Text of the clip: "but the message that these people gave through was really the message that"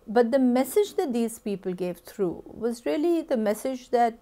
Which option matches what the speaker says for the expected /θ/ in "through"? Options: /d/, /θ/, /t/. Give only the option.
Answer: /t/